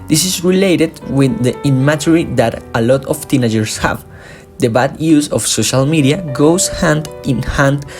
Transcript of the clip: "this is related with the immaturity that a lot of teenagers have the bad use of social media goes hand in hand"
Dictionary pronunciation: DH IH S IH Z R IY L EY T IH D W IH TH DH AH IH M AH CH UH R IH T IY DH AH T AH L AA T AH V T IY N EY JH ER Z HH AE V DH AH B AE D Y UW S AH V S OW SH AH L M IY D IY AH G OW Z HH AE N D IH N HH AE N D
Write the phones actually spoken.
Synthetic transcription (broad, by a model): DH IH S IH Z R IY L EY T IH D W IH DH AH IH M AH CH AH R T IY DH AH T AH L AA T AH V T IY N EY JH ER S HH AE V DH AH B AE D Y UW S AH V S OW SH AH L M IY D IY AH G OW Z HH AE N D IH N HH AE N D